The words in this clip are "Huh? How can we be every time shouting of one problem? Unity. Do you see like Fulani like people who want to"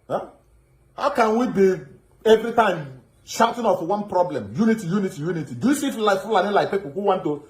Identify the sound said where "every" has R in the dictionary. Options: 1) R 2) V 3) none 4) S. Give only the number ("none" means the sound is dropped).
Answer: 1